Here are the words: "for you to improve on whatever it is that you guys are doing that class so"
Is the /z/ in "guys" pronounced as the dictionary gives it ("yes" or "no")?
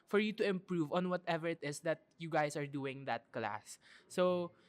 no